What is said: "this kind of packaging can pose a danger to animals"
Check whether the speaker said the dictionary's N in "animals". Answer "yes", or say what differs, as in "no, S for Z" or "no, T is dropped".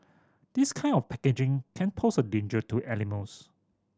no, L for N